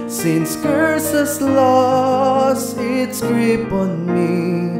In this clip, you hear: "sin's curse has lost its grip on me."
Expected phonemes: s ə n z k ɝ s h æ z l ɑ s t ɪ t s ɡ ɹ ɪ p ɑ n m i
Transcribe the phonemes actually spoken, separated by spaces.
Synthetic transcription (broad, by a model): s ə n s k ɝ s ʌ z l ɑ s ɪ t s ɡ ɹ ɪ p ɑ n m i